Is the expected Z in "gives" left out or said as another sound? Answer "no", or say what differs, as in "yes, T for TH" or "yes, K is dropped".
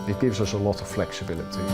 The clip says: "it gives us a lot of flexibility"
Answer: no